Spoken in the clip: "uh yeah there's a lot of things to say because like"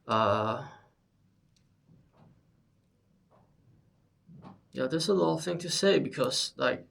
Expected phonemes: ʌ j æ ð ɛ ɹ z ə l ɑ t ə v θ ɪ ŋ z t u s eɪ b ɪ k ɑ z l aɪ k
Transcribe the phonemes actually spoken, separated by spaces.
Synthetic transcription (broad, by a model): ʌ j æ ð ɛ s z ə l ɑ t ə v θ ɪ ŋ t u s eɪ b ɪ k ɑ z l aɪ k